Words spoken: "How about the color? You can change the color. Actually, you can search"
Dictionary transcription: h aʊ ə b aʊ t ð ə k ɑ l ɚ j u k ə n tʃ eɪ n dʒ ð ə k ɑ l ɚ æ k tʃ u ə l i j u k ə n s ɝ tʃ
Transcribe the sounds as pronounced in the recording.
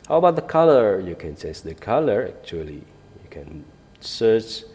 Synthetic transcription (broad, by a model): h aʊ ə b aʊ t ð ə k ɑ l ɚ j u k ə n s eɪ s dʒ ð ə k ɑ l ɚ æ k tʃ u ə l i j u k ə n s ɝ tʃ